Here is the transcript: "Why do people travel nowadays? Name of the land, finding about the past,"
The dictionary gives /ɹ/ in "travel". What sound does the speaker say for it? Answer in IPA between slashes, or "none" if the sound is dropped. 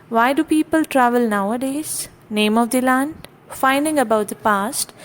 /ɹ/